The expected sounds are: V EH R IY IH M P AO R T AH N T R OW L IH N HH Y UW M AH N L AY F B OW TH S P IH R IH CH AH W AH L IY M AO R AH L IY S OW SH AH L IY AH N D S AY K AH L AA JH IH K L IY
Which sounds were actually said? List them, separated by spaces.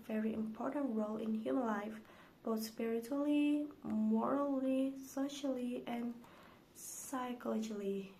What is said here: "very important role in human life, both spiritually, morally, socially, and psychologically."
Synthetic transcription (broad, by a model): V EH R IY IH M P AO R T AH N T R OW L IH N HH Y UW M AH N L AY F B OW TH S P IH R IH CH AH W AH L IY M AO R AH L IY S OW SH AH L IY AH N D S AY K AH L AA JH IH L IY